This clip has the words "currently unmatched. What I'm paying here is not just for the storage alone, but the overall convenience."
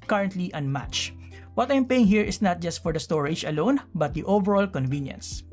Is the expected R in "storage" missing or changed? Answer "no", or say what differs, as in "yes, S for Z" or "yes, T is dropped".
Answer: no